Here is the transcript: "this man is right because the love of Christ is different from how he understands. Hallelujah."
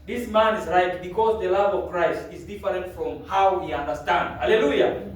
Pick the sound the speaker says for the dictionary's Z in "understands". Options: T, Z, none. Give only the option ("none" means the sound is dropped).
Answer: none